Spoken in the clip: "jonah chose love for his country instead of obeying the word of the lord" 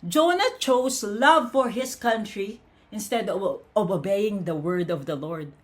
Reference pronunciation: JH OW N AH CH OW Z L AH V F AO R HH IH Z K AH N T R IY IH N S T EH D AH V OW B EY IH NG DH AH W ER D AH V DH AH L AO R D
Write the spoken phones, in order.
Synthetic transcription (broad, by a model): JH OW N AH CH OW S L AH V F AO R HH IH S K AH N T R IY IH N S T EH D AH V OW B EY IH NG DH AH W ER D AH V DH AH L AO R D